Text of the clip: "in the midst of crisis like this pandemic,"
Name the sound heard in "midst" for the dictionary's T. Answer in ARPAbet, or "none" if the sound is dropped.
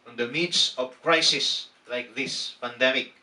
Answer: none